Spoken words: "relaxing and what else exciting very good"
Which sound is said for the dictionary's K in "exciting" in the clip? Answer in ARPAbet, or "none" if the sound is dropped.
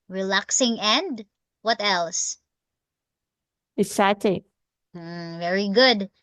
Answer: none